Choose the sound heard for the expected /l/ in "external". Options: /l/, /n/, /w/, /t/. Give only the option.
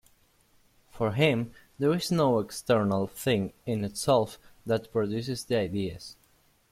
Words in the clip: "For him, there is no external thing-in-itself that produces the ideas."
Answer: /l/